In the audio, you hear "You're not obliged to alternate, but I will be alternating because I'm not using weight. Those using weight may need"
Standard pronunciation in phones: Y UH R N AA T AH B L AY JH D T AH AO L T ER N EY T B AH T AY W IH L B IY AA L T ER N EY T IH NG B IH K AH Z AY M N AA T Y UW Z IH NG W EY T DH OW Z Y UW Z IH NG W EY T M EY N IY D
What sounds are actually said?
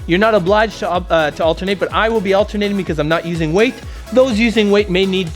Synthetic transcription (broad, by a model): Y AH R N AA T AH B L AY JH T T AH AO L T ER N EY T B AH T AY W IH L B IY AA L T ER N EY T IH NG B IH K AH Z AY M N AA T Y UW Z IH NG W EY T DH OW Z Y UW Z IH NG W EY T M EY N IY D